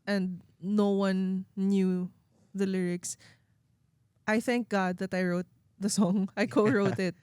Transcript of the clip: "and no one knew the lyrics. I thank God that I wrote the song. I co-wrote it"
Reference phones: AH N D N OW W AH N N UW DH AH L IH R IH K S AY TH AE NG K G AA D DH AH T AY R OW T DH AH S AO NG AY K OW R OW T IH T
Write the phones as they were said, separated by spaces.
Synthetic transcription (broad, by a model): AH N D N OW W AH N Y UW DH AH L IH R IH K S AY TH AE NG K G AA D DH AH T AY R OW T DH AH S AO NG AY K OW R OW T IH T